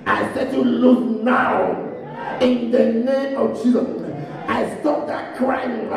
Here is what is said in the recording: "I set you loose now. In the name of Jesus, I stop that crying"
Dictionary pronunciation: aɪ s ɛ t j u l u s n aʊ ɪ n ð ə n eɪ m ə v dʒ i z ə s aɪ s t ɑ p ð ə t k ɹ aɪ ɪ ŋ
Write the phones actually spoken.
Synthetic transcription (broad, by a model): aɪ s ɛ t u l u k n aʊ ɪ n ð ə n eɪ m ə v tʃ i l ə ɪ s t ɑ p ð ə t k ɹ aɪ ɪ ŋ